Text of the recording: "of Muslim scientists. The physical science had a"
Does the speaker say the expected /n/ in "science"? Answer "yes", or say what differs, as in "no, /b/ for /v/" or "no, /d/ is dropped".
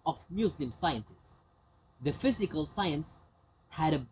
yes